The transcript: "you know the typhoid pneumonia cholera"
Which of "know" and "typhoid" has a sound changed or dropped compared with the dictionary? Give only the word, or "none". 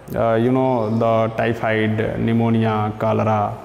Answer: typhoid